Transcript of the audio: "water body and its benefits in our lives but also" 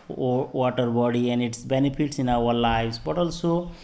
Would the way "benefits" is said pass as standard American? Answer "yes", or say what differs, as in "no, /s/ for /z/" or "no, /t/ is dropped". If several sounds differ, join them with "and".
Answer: no, /p/ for /f/